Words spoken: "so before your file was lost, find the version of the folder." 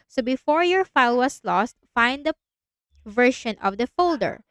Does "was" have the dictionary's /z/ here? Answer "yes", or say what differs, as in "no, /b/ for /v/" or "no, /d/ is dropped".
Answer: no, /s/ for /z/